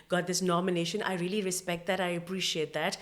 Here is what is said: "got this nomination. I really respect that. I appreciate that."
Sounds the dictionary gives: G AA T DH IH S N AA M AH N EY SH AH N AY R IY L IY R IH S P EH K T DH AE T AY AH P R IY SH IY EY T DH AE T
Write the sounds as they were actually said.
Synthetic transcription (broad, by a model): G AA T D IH S N AA M AH N EY SH AH N AY R IY L IY R IH S P EH K T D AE T AY AH P R IY SH IY EY T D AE T